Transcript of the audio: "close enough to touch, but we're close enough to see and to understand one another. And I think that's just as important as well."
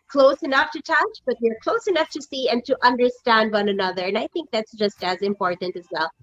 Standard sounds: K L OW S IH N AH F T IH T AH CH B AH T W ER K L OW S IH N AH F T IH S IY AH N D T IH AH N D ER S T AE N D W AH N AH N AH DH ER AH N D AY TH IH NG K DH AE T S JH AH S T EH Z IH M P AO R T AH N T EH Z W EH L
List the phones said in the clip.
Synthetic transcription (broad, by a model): K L OW S IH N AH F T IH T AH CH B AH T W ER K L OW S IH N AH F T IH S IY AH N T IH AH N D ER S T AE N D W AH N AH N AH DH ER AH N AY TH IH NG K DH AE T S JH AH S T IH Z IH M P AO R T N T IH Z W EH L